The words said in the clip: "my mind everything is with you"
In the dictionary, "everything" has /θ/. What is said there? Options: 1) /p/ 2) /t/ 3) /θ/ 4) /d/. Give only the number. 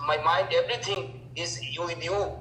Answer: 2